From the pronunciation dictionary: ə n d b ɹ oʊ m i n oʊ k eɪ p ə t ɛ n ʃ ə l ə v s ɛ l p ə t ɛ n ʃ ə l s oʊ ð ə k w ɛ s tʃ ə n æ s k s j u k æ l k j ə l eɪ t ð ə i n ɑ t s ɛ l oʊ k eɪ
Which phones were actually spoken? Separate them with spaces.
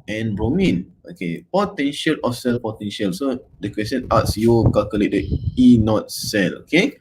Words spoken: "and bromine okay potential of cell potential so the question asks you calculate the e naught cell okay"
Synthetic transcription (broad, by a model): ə n b ɹ oʊ m i n oʊ k eɪ p ə t ɛ n ʃ ə l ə s ɛ l p ə t ɛ n ʃ ə l s oʊ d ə k w ɛ s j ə n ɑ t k s j u k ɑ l k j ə l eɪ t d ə i n ɑ t s ɛ l oʊ k eɪ